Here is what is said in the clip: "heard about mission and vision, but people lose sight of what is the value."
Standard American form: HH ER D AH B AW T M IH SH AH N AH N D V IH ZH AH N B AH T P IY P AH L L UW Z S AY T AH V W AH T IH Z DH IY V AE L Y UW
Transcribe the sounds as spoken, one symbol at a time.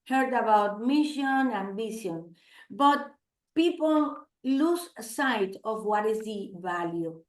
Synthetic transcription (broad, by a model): HH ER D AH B AW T M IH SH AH N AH N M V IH SH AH N B AH T P IY P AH L L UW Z S AY T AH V W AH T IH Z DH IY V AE L Y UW